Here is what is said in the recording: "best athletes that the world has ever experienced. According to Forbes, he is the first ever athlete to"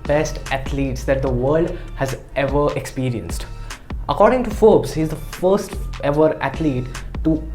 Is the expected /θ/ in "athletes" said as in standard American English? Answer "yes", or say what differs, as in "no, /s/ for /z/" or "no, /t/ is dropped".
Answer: no, /t/ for /θ/